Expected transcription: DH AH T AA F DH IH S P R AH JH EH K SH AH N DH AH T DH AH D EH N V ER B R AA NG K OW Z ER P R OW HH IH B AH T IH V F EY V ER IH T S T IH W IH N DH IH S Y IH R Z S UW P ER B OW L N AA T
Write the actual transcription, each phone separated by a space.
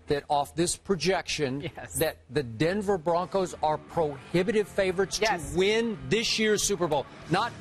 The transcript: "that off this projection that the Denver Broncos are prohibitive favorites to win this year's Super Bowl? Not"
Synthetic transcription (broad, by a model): DH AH T AA F DH IH S P R AH JH EH K SH AH N DH AH T DH AH D EH N V ER B R AA NG K OW Z ER P R OW HH IH B AH T IH V F EY V ER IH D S T IH W IH N DH IH S Y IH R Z S UW P ER B OW L N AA T